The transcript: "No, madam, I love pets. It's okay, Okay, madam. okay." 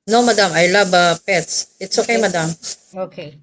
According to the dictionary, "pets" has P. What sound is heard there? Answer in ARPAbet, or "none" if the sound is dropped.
P